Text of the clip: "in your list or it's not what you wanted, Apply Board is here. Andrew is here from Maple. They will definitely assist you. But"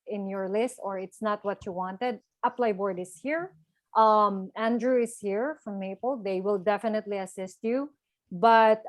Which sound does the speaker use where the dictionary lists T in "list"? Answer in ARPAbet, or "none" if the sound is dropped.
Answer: T